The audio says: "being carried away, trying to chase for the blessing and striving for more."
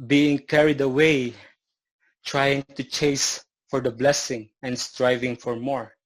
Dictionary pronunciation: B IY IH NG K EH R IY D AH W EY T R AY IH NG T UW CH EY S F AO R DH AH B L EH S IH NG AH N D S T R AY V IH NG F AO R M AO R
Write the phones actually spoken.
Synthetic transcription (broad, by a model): B IY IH NG K EH R IY D AH W EY T R AY IH NG T UW CH EY S F AO R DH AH B L EH S IH NG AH N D S T R AY V IH NG F AO R M AO R